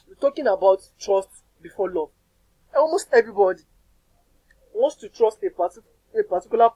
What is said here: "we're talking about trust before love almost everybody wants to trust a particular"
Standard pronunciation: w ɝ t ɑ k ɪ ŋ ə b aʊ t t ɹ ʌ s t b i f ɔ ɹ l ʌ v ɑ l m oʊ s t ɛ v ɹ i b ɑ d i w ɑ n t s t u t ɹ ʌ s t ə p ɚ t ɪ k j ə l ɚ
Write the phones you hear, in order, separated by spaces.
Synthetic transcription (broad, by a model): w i t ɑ k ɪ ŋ ə b aʊ t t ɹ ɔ s t b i f ɔ l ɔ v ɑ w m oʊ s t ɛ v ɹ i b ɑ d i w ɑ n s t u t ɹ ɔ s t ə p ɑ t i k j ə l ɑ